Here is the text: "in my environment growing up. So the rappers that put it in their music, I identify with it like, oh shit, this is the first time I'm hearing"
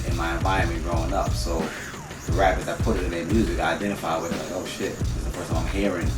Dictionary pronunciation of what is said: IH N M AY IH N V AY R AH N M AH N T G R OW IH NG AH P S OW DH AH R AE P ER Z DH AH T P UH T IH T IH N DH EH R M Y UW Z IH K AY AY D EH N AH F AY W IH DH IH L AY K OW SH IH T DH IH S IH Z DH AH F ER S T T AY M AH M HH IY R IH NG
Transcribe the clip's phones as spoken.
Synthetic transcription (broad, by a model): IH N M AY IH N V AY AH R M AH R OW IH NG AH P S OW DH AH R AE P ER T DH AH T P UH T IH T IH N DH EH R M Y UW Z IH K AY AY D EH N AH F AY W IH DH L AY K OW SH IH T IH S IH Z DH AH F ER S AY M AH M HH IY R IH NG